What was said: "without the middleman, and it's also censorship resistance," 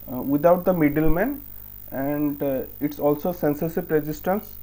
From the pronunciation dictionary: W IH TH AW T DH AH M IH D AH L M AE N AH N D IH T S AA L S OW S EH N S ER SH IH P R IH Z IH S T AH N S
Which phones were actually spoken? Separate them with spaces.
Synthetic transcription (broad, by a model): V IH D AW T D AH M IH D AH L M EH N AH N D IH T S AA L S OW S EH N S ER S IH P R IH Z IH S T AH N S